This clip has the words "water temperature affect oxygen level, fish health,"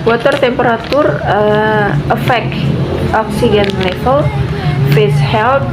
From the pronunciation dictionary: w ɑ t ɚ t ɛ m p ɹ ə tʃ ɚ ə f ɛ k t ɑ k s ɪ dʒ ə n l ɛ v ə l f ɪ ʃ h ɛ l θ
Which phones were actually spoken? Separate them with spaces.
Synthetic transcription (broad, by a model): w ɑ t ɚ t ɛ m p ɹ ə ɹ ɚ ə f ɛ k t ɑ k s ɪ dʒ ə n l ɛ f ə l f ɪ s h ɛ l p